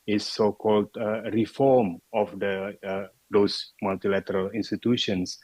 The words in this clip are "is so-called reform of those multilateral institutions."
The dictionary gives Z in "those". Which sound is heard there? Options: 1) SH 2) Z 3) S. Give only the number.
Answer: 3